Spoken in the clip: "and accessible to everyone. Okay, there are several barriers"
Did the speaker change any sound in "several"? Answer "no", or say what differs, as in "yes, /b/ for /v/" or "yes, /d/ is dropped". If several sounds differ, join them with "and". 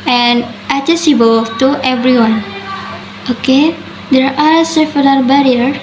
yes, /l/ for /ɹ/